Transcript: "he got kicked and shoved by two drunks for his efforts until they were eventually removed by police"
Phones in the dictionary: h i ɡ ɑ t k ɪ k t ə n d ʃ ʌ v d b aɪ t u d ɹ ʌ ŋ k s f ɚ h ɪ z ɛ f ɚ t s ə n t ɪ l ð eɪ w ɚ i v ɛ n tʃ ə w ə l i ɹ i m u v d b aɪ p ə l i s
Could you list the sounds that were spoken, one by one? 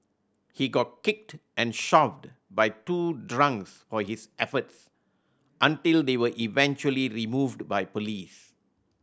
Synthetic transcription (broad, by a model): h i ɡ ɑ t k ɪ k t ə n ʃ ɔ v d b aɪ t u d ɹ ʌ ŋ k s f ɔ h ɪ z ɛ f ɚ t s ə n t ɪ l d eɪ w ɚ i v ɛ n tʃ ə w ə l i ɹ i m u v d b aɪ p ə l i s